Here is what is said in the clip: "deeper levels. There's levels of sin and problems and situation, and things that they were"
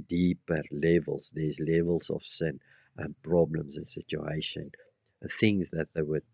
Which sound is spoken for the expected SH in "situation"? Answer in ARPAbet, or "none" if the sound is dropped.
none